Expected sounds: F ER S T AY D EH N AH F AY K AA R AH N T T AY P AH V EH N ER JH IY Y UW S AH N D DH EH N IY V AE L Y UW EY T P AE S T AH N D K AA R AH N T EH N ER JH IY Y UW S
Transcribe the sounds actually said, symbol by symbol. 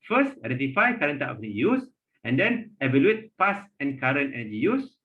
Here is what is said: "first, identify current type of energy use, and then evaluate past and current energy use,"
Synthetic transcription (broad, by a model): F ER S T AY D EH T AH F AY K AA R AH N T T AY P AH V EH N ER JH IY Y UW S AH N D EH N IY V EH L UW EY T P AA S AH N K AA R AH N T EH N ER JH IY Y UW S